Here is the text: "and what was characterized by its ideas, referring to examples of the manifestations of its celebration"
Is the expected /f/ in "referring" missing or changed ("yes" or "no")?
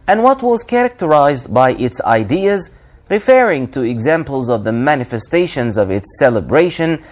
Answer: no